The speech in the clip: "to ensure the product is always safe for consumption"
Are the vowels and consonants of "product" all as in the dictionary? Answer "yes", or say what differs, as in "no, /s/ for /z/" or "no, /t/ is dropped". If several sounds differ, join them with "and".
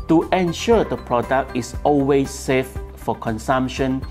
yes